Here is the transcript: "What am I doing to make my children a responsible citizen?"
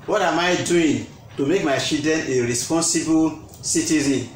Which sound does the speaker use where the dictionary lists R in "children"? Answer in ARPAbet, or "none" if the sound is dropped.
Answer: none